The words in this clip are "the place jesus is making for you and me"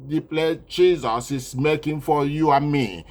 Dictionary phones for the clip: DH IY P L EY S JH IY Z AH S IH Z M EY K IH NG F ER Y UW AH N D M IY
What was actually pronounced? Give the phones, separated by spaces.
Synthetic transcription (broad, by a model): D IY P L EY JH IY Z AH S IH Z M EY K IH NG F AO Y UW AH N M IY